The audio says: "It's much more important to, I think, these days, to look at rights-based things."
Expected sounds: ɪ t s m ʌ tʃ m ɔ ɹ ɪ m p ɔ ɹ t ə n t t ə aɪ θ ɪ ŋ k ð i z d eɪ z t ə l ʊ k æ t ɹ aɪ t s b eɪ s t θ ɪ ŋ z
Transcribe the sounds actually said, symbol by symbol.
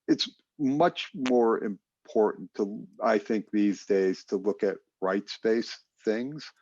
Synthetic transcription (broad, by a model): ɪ t s m ʌ tʃ m ɔ ɹ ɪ m p ɔ ɹ t n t t ə aɪ θ ɪ ŋ k ð i z d eɪ z t ə l ʊ k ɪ t ɹ aɪ t s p eɪ s θ ɪ ŋ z